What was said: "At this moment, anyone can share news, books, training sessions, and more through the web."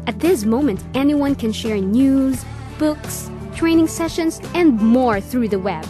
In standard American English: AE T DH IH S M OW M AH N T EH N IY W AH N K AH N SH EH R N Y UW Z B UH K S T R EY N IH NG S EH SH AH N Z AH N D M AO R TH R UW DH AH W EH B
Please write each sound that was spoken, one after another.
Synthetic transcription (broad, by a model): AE T DH IH S M OW M AH N T EH N IY W AH N K AH N SH EH R N Y UW Z B UH K S T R EY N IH NG S EH SH AH N Z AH N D M AO R TH R UW DH AH W EH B